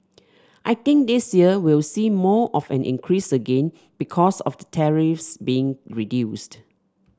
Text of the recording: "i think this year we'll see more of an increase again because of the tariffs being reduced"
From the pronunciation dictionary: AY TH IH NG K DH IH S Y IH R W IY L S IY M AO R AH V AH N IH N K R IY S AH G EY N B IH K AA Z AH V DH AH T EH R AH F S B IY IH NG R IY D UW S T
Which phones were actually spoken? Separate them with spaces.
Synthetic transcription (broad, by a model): AY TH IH NG K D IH S Y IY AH W IY L S IY M AO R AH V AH N IH N K R IY S AH G EY N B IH K AA S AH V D AH T EH R AH F S B IY IH NG R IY D UW S T